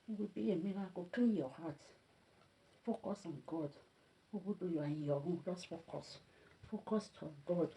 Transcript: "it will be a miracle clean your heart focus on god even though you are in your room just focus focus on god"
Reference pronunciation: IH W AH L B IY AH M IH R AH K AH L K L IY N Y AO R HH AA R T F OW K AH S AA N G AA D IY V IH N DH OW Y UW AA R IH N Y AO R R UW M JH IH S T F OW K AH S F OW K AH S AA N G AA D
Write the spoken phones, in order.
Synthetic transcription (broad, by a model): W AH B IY AH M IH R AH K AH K IY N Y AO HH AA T F OW K AH S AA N G AA D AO B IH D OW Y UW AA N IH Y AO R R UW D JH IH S F OW K AH S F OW K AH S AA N G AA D